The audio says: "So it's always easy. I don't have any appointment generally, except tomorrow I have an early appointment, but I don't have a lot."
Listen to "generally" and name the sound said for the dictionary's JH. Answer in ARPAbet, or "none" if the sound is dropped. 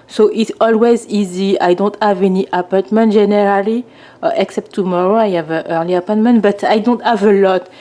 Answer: ZH